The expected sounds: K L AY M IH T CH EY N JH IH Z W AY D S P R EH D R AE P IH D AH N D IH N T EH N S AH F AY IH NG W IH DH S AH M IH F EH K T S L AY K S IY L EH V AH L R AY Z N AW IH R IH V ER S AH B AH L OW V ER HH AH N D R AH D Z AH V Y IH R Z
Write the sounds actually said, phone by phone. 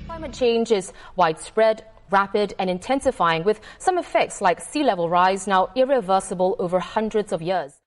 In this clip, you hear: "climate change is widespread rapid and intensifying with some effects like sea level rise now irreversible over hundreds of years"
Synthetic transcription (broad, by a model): K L AY M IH T CH EY N JH IH Z W AY D S P R EH D R AE P IH D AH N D IH N T EH N S AH F AY IH NG W IH DH S AH M IH F EH K T S L AY K S IY L EH V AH L R AY Z N AW IH R IH V ER S AH B AH L OW V ER HH AH N D R AH D Z AH V Y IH R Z